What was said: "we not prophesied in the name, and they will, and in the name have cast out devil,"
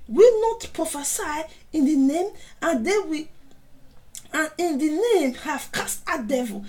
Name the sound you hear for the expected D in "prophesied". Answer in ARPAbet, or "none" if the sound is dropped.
none